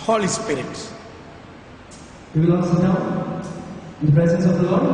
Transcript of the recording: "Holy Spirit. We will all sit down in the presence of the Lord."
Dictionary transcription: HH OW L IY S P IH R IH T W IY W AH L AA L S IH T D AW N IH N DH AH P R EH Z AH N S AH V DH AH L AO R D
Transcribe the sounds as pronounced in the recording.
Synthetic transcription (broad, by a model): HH OW L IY S P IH R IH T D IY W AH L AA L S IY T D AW IH N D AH P R EH Z AH N S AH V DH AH L AO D